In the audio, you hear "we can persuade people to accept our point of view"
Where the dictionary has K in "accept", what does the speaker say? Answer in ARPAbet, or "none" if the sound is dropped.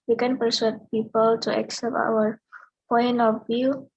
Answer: K